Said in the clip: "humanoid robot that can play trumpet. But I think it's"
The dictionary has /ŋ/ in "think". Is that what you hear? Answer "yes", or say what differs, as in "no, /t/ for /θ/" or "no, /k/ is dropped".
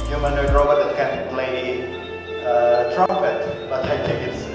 no, /ŋ/ is dropped